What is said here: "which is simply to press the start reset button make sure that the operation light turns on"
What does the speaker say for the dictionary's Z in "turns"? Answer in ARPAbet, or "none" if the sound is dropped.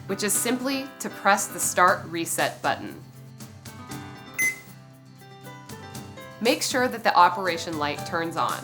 Z